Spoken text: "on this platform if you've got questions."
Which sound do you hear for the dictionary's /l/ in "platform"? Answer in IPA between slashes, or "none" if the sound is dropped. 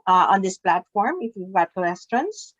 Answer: /l/